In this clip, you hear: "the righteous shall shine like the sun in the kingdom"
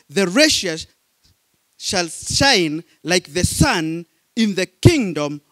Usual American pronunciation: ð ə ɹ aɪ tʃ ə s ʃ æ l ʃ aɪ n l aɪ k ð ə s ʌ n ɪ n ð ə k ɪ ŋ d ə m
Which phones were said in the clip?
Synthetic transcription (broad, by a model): ð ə ɹ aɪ ʃ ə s ʃ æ l ʃ aɪ n l aɪ k ð ə s ʌ n ɪ n ð ə k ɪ ŋ d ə m